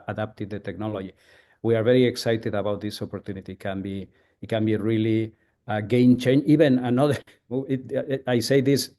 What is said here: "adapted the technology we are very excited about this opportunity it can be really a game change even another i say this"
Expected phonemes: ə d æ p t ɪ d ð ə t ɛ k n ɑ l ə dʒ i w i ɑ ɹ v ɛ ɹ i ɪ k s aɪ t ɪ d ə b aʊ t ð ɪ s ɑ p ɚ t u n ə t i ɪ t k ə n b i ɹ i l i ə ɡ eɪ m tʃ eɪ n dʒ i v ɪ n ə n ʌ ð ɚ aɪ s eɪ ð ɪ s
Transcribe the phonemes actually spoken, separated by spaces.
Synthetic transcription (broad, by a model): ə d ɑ p t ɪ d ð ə t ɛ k n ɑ l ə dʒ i w i ɑ ɹ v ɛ ɹ i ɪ k s aɪ t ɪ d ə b aʊ t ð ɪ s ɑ p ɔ t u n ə t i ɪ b k ə n b i ɹ i l i ə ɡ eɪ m tʃ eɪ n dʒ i b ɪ n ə n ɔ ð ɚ aɪ s eɪ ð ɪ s